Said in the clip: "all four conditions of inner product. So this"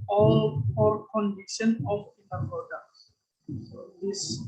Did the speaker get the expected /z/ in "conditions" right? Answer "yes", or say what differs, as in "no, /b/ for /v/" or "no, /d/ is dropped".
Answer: no, /z/ is dropped